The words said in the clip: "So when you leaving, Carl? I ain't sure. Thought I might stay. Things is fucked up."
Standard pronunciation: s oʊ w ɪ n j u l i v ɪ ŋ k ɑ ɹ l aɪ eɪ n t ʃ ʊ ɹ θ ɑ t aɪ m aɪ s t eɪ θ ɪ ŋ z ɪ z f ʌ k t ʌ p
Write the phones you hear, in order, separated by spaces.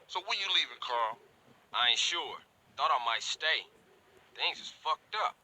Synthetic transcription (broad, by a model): s oʊ w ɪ l j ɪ l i v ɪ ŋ k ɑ ɹ l aɪ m ʃ ʊ ɹ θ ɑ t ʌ m aɪ s t eɪ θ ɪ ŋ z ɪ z f ʌ k t ʌ p